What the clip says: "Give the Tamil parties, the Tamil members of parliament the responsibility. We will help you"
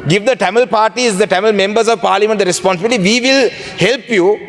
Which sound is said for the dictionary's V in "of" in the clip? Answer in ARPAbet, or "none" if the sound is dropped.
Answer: V